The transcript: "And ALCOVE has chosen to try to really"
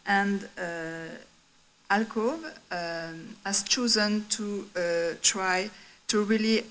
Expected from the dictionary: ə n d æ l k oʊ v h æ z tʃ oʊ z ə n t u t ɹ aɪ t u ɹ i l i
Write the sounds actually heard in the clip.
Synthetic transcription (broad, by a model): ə n d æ l k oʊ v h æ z tʃ oʊ z ə n t u t ɹ aɪ t u ɹ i l i